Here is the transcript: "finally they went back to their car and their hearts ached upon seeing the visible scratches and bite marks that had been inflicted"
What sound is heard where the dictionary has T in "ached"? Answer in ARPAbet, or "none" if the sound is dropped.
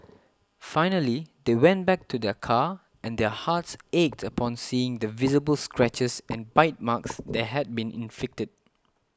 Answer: T